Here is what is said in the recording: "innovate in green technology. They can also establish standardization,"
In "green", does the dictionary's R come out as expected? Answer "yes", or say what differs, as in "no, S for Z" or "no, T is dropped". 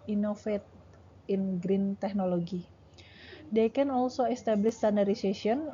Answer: yes